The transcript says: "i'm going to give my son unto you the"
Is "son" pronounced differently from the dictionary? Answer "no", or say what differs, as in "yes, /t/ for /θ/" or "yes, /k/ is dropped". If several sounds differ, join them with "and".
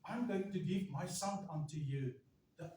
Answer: yes, /l/ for /n/